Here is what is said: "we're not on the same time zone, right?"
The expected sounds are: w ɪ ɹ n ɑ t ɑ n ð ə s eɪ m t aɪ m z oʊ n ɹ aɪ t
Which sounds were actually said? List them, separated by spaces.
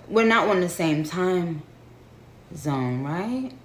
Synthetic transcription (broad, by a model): w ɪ ɹ n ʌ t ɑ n ð ə s eɪ m t aɪ m z oʊ n ɹ aɪ t